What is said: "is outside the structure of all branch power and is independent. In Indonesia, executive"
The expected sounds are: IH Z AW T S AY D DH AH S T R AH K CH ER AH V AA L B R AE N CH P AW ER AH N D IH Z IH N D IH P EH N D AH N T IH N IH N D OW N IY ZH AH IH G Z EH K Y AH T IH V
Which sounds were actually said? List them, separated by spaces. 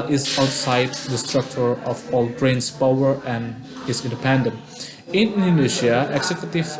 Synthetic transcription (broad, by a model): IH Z AW T S AY D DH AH S T R AH K CH ER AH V AA L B R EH N S P AW ER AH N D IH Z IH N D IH P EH N D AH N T IH N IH N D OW N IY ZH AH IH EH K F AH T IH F